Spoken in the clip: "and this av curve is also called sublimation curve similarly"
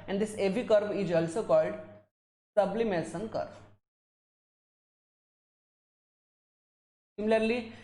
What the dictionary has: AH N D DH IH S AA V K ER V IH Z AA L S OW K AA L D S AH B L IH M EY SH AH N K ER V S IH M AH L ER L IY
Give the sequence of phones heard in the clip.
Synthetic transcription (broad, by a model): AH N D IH S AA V K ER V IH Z AA L S OW K AA L D S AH B L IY M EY S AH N K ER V S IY M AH L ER L IY